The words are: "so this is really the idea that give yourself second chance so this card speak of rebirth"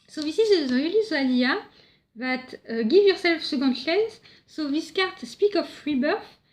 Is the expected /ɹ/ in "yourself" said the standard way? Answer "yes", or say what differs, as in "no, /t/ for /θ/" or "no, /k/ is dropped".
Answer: yes